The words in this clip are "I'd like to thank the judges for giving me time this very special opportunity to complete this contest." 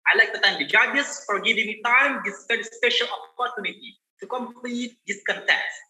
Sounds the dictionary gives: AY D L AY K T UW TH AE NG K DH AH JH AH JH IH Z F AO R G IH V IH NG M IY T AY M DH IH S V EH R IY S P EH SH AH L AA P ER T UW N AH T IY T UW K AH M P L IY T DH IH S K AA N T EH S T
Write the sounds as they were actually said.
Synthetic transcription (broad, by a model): AY L AY K T UW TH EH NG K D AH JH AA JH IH S F AO R G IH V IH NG M IY T AY M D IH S P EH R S S P EH SH AH L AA P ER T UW N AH T IY T UW K AH M P L IY T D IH S K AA N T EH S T